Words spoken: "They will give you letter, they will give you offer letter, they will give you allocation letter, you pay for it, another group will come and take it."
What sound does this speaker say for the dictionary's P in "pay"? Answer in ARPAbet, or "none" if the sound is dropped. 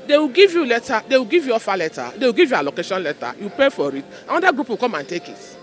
P